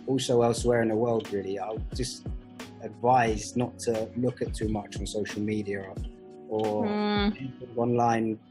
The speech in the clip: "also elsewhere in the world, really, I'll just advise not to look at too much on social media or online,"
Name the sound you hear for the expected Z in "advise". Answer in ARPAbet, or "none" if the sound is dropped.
Z